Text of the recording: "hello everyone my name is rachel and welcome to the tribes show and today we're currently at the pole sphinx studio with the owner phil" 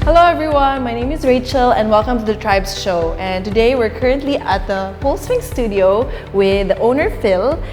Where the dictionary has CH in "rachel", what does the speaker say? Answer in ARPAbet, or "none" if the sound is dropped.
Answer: CH